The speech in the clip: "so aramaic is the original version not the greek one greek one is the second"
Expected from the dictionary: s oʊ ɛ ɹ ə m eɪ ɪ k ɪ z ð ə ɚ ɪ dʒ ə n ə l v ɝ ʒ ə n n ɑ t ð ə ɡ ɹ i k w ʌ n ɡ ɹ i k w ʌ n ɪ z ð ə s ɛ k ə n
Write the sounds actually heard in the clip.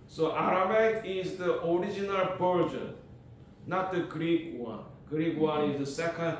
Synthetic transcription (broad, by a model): s oʊ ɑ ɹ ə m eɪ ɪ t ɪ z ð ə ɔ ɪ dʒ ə n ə l p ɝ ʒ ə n n ɑ t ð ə ɡ ɹ i k w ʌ n ɡ ɹ i k w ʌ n ɪ z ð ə s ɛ k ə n